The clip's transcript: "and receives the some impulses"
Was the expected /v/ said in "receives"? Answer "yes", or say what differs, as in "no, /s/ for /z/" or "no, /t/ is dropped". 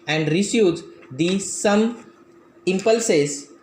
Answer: no, /v/ is dropped